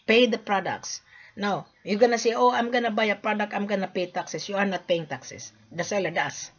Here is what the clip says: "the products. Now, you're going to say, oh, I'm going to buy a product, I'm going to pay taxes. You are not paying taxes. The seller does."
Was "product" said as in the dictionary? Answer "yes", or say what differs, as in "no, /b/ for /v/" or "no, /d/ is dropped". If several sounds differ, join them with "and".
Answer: yes